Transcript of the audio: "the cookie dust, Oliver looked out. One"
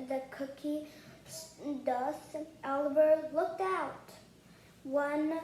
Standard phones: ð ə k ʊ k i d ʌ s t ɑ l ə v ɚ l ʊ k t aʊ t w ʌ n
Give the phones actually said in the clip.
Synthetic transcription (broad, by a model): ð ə k ʊ k i d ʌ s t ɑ l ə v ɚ l ʊ k t aʊ t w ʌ n